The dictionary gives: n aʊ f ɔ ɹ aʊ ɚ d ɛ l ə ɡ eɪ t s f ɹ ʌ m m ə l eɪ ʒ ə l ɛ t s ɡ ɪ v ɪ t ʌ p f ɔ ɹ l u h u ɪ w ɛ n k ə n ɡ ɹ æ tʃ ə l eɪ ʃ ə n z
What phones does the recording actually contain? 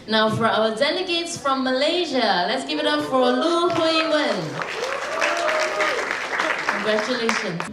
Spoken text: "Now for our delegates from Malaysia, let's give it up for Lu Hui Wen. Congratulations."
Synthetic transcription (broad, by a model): n aʊ f ɔ ɹ aʊ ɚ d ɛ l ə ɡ eɪ t s f ɹ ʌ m m ə l eɪ ʒ ə l ɛ t s ɡ ɪ v ɪ t ʌ p f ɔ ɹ l u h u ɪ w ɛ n k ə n ɡ ɹ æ tʃ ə l eɪ ʃ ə n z